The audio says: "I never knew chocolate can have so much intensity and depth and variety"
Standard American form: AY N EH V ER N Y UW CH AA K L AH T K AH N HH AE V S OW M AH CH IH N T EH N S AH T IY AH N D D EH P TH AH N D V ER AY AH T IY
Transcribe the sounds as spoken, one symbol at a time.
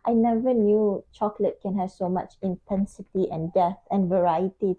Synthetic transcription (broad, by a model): AY N EH V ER N Y UW CH AA K L AH T K AH N HH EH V S OW M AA CH IH N T EH N S AH T IY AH N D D EH TH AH N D V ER AY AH T IY